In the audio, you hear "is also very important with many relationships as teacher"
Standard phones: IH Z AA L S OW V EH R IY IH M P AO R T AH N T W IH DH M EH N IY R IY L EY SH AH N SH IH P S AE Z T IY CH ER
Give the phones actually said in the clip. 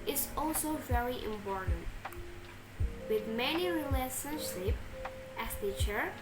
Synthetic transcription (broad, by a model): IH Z AA L S OW V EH R IY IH M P AO R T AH N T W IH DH M EH N IY R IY L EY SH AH N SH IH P AE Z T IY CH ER